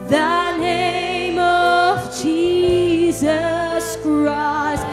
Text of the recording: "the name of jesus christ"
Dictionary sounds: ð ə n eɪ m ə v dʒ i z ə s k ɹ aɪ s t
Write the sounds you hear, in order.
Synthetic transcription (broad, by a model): ð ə n eɪ m ə v dʒ i z ə s k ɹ aɪ s t